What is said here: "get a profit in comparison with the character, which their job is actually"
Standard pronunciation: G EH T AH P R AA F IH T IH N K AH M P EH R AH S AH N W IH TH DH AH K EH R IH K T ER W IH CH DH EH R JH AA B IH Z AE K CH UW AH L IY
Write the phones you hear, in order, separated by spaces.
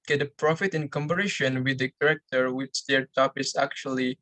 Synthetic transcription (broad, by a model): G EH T AH P R AA F IH T IH N K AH M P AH R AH SH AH N W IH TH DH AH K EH R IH K T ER W IH CH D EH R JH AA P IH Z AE K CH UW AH L IY